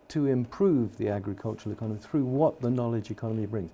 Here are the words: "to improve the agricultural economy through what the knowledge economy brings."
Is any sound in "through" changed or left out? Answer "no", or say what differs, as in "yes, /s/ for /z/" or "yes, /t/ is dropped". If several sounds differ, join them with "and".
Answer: no